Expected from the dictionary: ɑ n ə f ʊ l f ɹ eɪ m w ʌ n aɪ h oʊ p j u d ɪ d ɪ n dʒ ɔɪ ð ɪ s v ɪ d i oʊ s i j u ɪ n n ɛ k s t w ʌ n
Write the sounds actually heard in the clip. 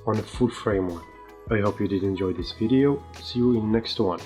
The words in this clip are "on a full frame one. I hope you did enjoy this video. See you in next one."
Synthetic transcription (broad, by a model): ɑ n ə f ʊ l f ɹ eɪ m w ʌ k aɪ h oʊ p j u d ɪ d ɪ n dʒ ɔɪ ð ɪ s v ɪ d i oʊ s i j u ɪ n n ɛ k s t w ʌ n